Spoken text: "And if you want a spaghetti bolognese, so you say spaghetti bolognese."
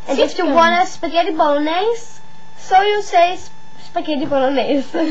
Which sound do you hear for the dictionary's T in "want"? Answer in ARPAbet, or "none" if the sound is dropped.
none